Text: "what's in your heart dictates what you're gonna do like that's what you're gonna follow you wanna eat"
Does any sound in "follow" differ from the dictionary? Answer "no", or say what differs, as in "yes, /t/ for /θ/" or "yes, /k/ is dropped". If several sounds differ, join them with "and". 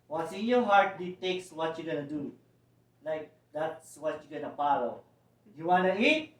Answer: yes, /p/ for /f/